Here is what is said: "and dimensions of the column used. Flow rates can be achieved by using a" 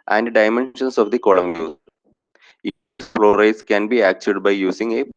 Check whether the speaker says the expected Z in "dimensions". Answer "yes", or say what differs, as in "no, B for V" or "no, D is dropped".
no, S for Z